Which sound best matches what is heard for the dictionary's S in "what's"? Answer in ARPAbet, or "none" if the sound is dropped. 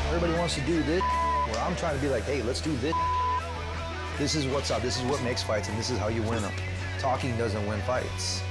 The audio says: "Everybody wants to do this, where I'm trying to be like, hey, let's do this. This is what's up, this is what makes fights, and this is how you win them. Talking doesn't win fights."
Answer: S